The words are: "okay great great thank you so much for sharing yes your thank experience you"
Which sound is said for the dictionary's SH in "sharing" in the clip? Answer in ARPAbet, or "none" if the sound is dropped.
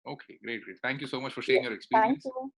S